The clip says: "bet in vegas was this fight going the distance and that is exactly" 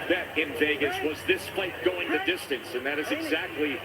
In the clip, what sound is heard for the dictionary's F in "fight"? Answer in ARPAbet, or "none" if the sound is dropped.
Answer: P